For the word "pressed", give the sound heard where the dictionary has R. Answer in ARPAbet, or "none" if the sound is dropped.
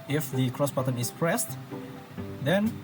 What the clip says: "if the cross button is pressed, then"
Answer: R